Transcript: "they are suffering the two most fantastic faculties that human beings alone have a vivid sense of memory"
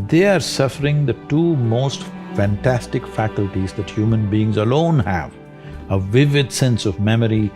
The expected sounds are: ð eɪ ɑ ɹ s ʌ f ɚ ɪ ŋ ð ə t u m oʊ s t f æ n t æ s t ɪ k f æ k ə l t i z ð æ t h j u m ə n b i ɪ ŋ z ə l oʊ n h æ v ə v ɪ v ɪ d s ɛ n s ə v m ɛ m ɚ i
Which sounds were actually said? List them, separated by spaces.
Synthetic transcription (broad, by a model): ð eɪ ɑ ɹ s ʌ f ɚ ɪ ŋ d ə t u m oʊ s t f æ n t æ s t ɪ k f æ k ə l t i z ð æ t h j u m ə n b i ɪ ŋ z ə l oʊ n h æ v ə v ɪ v ɪ d s ɛ n s ə v m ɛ m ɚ i